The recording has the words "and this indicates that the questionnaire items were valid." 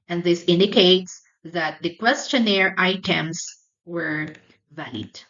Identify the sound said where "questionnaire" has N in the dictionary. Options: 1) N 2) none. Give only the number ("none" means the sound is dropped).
1